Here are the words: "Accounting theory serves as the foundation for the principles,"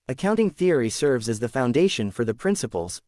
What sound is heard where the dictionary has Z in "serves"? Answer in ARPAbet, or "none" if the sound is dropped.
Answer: Z